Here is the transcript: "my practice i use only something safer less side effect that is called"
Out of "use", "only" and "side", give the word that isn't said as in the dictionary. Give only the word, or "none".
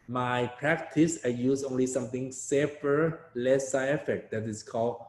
side